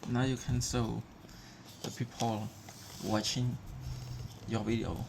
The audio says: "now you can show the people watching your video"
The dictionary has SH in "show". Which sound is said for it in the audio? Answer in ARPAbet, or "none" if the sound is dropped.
S